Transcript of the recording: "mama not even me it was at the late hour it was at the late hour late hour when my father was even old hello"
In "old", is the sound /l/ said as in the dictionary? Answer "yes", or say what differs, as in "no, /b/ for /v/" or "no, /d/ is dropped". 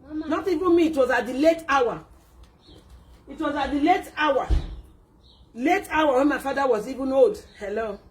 no, /l/ is dropped